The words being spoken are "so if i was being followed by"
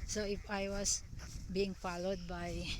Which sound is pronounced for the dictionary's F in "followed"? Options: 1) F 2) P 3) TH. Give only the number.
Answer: 1